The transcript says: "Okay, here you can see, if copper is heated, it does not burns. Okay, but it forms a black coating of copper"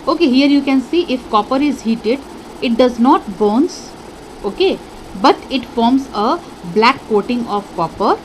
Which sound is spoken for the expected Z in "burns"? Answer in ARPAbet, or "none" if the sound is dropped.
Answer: S